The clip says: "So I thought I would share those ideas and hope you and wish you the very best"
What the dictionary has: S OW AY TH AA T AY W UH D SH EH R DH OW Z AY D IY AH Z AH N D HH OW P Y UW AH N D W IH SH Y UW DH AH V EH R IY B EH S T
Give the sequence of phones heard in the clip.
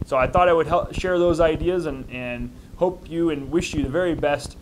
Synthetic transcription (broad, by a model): S OW AY TH AA T AY W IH D SH EH R DH OW Z AY D IY AH Z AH N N HH OW P Y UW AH N W IH SH Y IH DH AH V EH R IY B EH S T